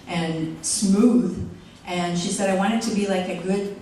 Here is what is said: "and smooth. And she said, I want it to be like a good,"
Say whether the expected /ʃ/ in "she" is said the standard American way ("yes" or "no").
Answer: yes